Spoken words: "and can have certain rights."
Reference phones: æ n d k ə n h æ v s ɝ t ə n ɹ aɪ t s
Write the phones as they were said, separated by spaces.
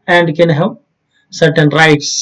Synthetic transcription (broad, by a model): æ n d k ə n h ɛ p s ɝ t ə n ɹ aɪ t s